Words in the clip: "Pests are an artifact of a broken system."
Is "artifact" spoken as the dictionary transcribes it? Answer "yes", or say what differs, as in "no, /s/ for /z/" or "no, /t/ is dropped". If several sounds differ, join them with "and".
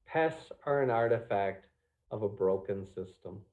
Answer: yes